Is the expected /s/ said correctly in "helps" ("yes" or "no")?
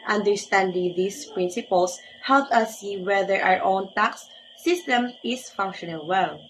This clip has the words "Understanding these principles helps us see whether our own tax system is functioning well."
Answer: no